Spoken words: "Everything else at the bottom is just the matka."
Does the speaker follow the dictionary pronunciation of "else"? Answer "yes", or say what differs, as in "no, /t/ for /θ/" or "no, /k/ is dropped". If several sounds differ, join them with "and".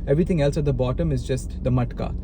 yes